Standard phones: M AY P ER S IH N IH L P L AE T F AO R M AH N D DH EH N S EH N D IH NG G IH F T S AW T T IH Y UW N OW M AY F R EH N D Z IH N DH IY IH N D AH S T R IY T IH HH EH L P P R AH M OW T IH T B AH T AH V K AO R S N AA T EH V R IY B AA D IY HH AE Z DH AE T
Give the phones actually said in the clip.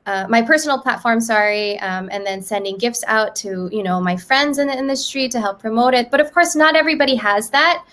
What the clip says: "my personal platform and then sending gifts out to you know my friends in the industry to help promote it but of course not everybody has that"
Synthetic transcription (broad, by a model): M AY P ER S N L P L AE T F AO R M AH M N DH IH N S EH N D IH NG G IH F T S AW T T IH Y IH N OW M AY F R EH N D Z IH N DH IY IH N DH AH S T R IY T IH HH EH L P P R AH M OW T IH T B AH T AH V K AO R S N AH T EH V R IY B AA D IY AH Z DH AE T